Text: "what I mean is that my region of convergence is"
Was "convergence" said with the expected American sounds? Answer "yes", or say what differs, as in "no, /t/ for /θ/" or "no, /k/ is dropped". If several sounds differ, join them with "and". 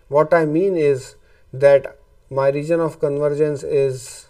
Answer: yes